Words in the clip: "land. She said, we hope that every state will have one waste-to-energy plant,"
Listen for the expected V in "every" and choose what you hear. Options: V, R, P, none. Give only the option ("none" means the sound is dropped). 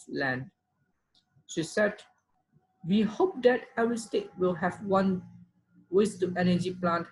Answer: none